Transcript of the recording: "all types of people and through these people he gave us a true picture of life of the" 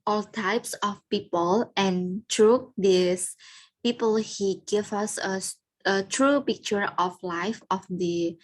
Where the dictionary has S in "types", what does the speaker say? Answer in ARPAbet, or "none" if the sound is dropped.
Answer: S